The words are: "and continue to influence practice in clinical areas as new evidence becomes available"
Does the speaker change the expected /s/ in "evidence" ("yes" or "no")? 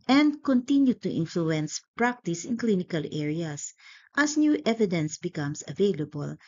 no